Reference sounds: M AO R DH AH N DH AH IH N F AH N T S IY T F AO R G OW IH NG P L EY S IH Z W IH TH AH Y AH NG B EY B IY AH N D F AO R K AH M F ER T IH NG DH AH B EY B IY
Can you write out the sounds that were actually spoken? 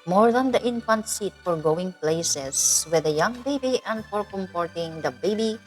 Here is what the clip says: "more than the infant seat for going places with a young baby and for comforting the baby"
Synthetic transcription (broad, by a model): M AO R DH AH N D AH IH N F AH N T S IY T F AO R G OW IH NG P L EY S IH S W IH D AH Y AH NG B EY B IY AH N D F AO R K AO M P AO T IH NG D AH B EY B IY